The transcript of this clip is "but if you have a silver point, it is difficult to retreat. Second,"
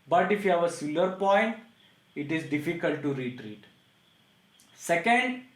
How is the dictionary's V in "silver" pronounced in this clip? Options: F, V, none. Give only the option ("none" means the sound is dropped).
none